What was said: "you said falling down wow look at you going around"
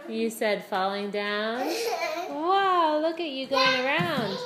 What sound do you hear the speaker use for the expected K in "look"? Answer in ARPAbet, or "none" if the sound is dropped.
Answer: K